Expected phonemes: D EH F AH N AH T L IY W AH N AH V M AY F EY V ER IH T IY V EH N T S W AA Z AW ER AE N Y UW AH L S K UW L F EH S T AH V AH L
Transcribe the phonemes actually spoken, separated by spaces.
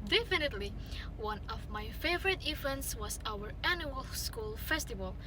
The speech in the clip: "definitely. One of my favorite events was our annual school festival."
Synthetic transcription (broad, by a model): D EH F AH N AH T L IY W AH N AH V M AY F EY V ER IH T IY V EH N T S W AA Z AW ER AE N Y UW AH L S K UW L F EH S T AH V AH L